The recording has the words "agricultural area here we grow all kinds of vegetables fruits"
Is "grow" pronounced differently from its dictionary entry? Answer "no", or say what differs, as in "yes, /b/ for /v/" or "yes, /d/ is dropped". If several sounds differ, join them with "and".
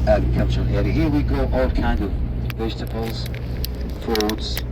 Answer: yes, /ɹ/ is dropped